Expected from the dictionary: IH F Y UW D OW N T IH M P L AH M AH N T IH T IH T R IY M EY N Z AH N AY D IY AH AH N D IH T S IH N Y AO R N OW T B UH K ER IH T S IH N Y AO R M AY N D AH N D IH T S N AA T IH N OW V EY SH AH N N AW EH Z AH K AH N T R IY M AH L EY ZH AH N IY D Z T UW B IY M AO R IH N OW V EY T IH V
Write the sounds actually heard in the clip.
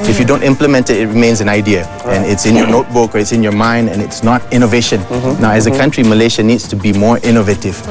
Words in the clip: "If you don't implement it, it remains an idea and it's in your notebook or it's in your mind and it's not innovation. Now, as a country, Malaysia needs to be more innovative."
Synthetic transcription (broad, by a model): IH F Y UW D OW N T IH M P L AH M AH N T IH T IH T R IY M EY N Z AH N AY D IY AH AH N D IH T S IH N Y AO N OW T B UH K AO IH T S IH N Y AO M AY N D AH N IH T S N AA T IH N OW V EY SH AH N N AW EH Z AH K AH N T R IY M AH L EY SH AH N IY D S T UW B IY M AO R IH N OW V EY T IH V